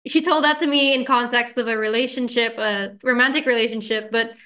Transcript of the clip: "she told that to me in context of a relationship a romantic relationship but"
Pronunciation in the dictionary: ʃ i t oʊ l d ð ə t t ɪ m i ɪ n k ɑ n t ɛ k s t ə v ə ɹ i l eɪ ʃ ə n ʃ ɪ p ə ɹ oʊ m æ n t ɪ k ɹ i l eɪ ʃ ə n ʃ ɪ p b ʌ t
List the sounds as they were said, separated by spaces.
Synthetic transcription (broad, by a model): ʃ i t oʊ l d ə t t ɪ m i ɪ n k ɑ n t ɛ k s t ə v ə ɹ i l eɪ ʃ ə n ʃ ɪ p ə ɹ oʊ m æ n t ɪ k ɹ i l eɪ ʃ ə n ʃ ɪ p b ʌ t